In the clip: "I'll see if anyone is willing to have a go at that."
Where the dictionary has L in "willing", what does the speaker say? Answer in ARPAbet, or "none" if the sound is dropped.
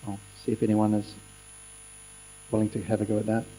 L